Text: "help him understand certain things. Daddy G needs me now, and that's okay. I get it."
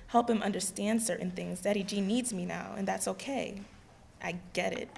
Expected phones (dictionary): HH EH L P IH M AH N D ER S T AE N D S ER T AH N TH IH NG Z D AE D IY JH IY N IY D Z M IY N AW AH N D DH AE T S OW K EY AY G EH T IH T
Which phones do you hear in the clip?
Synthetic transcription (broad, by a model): HH EH L P IH M AH N D ER S T AE N D S ER T N TH IH NG Z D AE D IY JH IY N IY D Z M IY N AW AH N DH AE T S OW K EY AY G EH T IH T